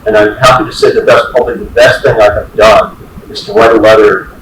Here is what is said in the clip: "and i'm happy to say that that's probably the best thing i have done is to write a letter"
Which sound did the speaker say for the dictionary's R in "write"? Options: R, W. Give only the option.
W